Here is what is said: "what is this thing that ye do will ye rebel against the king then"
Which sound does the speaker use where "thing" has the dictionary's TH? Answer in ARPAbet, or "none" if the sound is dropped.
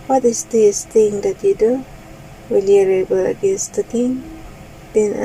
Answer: T